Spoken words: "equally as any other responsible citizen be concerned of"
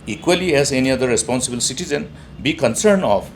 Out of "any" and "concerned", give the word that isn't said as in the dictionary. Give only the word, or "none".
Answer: concerned